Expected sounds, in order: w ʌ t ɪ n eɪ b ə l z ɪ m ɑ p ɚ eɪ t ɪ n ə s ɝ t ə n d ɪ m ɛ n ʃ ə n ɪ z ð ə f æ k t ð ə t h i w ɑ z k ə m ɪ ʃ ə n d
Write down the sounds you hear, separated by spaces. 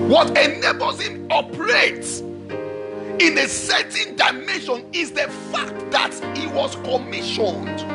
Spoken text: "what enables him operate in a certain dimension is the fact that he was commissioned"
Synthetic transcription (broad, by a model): w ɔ t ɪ n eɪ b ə z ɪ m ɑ p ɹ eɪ t ɪ n ə s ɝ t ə n d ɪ m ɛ n ʃ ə n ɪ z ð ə f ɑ k t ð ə t h i w ɑ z k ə m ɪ ʃ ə n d